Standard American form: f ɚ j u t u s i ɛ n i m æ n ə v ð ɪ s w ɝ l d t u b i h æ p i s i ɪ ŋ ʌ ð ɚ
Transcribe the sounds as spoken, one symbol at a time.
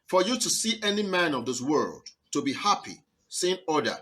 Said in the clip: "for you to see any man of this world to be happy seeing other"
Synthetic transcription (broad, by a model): f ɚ j u t u s i ɛ n i m æ n ə v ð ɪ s w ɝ l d t u b i h æ p i s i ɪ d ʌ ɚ